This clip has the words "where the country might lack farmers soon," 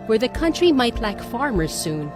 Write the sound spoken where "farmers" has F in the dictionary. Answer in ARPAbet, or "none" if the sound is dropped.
F